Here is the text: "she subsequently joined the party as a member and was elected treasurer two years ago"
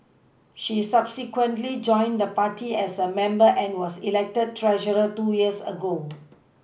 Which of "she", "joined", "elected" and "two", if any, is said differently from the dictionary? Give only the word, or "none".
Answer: none